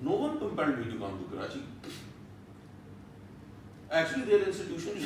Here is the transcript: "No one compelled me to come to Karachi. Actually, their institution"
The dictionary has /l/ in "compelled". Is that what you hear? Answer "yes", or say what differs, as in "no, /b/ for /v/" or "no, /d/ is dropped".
no, /n/ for /l/